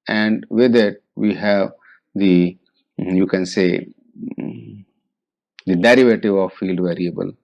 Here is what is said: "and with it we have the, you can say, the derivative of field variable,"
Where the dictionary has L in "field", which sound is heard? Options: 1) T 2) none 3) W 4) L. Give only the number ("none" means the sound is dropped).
4